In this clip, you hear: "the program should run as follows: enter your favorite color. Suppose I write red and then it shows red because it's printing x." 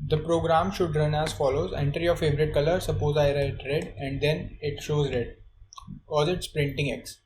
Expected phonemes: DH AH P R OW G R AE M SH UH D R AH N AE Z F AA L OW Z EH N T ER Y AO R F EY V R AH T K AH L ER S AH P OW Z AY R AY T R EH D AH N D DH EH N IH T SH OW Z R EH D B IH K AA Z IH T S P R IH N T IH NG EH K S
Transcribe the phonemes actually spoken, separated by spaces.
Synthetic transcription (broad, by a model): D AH P R OW G R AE M SH UH D R AH N AE Z F AA L OW Z EH N T ER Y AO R F EY V R AH T K AH L ER S AH P OW Z AY R AY T R EH D AH N D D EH N IH T SH OW Z R EH D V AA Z IH T S P R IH N T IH NG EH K S